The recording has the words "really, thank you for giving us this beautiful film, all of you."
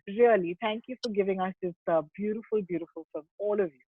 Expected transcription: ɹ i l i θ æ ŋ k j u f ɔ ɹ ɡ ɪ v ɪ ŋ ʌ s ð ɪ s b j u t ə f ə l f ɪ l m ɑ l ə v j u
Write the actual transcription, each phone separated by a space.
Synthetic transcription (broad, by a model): ɹ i l i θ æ ŋ k j u f ɔ ɹ ɡ ɪ v ɪ ŋ ʌ s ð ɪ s b j u t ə f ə l f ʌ l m ɑ l ə v j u